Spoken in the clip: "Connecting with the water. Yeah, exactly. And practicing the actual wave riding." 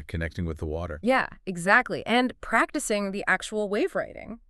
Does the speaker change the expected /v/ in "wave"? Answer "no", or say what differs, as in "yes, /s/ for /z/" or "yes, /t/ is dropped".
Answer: no